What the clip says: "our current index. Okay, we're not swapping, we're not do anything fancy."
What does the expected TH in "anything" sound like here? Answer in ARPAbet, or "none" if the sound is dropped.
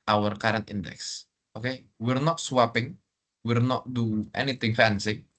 T